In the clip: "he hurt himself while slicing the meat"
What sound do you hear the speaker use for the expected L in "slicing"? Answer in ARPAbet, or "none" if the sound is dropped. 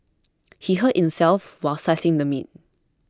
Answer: none